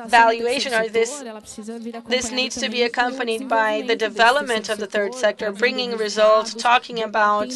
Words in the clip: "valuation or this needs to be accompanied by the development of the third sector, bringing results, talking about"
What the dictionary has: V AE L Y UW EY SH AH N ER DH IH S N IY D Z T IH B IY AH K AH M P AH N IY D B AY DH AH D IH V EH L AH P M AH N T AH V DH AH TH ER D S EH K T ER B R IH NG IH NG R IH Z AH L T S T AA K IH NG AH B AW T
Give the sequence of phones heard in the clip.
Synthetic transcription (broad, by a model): V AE L Y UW EY SH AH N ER DH IH S N IY D Z T IH B IY AH K AH M P AH N IY D B AY DH AH D IH V EH L AH P M AH N T AH V DH AH TH ER D S EH K T ER B R IH NG IH NG R IH Z AH L T S T AA K IH NG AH B AW T